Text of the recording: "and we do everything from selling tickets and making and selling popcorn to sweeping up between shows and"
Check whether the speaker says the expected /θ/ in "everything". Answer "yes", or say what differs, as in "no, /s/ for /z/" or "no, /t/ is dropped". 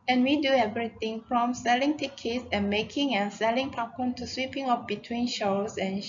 no, /t/ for /θ/